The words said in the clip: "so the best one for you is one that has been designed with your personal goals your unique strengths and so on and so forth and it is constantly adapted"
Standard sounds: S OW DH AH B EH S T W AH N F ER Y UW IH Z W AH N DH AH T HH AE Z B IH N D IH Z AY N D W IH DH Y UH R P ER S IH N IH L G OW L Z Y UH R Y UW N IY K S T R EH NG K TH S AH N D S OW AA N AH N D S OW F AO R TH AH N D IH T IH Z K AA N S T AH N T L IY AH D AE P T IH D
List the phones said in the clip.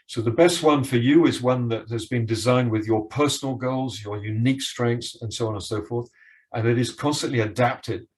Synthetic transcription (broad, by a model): S OW DH AH B EH S T W AH N F ER Y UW IH Z W AH N DH AH T HH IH Z B IH N D IH Z AY N D W IH DH Y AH R P ER S N L G OW L Z Y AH R Y UW N IY K S T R EH NG K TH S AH N S OW AA N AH N S OW F AO R TH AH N IH T IH Z K AA N S T AH N T L IY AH D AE P T IH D